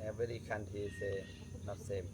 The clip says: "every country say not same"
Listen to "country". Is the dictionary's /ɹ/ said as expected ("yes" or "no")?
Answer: no